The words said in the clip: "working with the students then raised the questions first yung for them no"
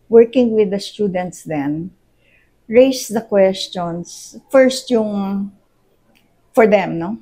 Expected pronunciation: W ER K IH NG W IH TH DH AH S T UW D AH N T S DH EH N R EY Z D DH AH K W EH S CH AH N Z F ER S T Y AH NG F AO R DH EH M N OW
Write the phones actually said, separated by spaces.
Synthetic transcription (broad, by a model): W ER K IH NG W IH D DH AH S T UW D AH N T S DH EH N R EY S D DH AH K W EH S CH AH N S F ER S T Y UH NG F AO R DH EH M N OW